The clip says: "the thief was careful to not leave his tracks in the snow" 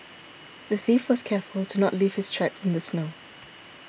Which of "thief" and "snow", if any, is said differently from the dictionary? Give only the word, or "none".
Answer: none